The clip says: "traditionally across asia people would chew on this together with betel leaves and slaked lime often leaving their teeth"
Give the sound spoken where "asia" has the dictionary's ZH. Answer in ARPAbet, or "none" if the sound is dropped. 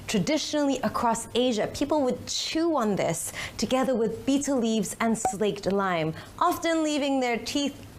ZH